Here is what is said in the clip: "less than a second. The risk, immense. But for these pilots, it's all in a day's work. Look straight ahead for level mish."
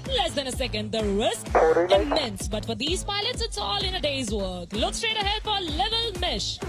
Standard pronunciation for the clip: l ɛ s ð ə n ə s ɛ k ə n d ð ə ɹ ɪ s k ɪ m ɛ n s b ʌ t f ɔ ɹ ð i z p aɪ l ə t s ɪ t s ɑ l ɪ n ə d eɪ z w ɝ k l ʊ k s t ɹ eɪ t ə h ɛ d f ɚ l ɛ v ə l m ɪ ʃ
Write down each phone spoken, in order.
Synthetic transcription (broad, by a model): l ɛ s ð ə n ə s ɛ k ə n d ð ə ɹ ɪ s k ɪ m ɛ n s b ʌ t f ɔ ɹ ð i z p aɪ l ə t s ɪ t s ɑ l ɪ n ə d eɪ z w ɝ k l ʊ k s t ɹ eɪ t ə h ɛ d f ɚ l ɛ v ə l m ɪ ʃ